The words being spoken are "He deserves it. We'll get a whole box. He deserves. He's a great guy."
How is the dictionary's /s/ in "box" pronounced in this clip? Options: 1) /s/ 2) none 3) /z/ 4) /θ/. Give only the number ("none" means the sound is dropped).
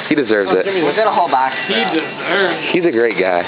2